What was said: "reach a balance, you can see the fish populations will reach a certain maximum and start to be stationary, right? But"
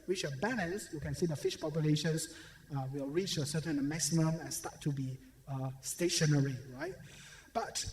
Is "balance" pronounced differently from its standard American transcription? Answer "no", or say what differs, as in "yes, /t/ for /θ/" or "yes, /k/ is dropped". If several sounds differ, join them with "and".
yes, /n/ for /l/